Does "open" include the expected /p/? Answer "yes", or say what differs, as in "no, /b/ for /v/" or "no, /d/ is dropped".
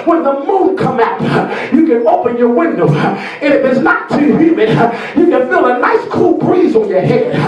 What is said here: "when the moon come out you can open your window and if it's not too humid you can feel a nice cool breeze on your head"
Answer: yes